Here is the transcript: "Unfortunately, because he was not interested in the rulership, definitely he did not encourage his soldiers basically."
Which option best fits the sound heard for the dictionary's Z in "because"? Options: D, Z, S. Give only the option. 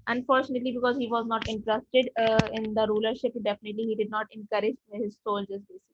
Z